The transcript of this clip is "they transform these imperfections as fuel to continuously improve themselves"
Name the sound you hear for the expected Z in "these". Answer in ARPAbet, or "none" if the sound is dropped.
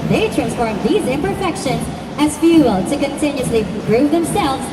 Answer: Z